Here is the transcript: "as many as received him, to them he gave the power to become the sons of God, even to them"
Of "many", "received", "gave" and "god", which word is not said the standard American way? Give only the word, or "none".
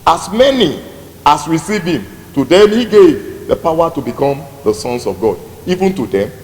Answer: received